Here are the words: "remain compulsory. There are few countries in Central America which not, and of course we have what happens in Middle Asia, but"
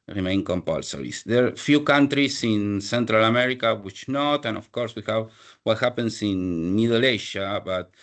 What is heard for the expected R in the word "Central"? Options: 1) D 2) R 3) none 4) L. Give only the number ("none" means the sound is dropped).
2